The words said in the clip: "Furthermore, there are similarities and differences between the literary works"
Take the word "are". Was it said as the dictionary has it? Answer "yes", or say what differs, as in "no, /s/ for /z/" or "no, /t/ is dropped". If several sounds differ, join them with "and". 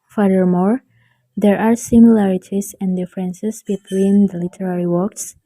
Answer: yes